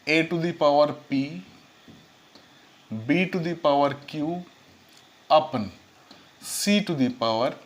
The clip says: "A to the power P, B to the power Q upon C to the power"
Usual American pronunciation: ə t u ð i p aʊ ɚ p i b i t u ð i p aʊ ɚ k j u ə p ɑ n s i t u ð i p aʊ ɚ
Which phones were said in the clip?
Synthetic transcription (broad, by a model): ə t u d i p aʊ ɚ p i b i t u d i p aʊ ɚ k j u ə p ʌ n s i t u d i p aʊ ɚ